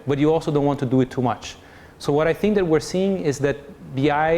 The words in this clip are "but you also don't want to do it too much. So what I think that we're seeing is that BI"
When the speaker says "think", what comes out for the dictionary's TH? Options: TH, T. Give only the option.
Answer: TH